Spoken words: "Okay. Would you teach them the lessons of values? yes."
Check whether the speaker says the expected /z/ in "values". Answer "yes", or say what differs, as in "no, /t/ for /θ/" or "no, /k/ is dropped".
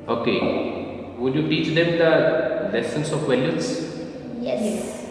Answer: no, /s/ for /z/